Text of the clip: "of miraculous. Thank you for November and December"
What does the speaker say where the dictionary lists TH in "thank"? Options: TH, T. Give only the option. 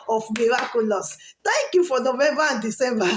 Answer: T